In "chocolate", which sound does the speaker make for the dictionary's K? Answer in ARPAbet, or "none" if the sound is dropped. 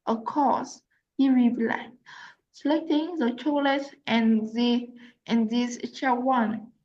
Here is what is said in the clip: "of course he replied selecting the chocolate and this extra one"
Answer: none